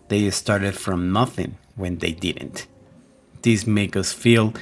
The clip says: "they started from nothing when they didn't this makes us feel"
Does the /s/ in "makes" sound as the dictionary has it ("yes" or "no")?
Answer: no